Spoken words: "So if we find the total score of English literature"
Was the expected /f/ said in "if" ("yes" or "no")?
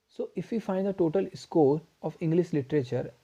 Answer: yes